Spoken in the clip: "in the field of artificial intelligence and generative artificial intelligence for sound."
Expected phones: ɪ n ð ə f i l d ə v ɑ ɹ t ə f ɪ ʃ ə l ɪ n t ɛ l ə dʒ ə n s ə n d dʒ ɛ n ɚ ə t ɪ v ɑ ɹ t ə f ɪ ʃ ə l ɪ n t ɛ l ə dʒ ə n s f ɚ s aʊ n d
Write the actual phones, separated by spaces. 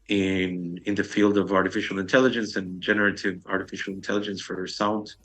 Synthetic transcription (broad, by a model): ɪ n ð ə f i l d ə v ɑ ɹ t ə f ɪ ʃ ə l ɪ n t ɛ l ə dʒ ə n s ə n dʒ ɛ n ɚ ə t ɪ v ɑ ɹ t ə f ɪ ʃ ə l ɪ n t ɛ l ə dʒ ə n s f ɚ s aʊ n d